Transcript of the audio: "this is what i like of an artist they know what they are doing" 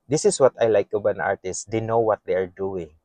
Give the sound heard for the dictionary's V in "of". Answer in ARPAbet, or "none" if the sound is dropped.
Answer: B